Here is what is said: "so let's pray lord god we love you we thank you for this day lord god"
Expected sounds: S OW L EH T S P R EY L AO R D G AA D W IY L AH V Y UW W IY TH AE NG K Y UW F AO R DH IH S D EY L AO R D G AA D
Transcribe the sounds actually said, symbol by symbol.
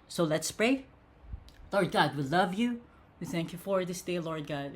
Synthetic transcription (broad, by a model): S OW L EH T S P R EY L AO R D G AA D W IY L AH V Y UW W IY TH AE NG K Y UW F AO R DH IH S D EY L AO R D G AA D